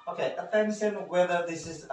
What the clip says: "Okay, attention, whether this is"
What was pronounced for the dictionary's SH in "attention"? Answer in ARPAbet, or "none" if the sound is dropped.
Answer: S